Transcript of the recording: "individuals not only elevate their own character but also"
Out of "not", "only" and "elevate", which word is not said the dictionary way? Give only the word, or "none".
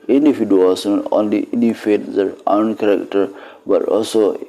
elevate